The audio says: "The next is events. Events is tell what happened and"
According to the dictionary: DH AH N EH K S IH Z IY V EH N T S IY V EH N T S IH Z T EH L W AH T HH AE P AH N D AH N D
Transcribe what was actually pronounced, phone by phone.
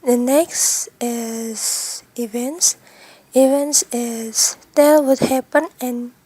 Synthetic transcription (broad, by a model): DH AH N EH K S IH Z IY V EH N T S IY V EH N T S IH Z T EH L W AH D HH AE P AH N AH N